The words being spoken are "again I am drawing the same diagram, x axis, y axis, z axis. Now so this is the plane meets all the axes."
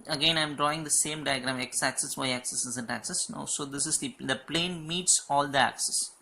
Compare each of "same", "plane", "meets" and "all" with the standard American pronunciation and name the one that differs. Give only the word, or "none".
none